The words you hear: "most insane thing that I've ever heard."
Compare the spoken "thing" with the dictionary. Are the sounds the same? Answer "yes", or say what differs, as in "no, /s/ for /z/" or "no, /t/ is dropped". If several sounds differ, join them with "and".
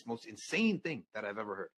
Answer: yes